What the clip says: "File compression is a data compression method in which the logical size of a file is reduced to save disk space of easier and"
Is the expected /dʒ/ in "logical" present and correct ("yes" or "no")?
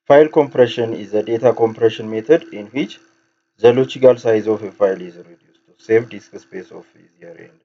no